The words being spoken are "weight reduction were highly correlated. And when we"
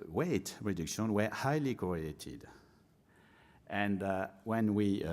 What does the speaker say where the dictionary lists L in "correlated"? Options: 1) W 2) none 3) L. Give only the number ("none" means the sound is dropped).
2